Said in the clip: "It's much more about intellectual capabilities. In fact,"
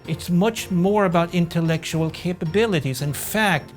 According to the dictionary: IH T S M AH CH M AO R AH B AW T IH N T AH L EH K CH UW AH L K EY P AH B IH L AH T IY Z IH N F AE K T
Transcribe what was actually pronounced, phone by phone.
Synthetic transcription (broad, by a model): IH T S M AH CH M AO R AH B AW T IH N T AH L EH K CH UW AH L K EY P AH B IH L AH T IY Z IH N F AE K T